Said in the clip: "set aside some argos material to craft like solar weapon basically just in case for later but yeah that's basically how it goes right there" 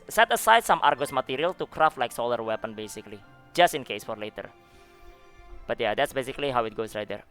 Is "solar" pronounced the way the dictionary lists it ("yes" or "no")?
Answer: yes